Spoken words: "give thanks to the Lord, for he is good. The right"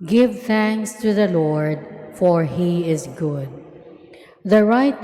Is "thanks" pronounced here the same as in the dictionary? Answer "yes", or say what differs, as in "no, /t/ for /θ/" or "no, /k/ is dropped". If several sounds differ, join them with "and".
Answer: yes